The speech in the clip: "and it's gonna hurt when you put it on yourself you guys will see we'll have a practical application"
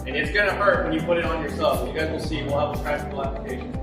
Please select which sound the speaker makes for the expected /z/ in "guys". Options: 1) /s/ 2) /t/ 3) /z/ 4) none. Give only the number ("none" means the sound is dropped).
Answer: 3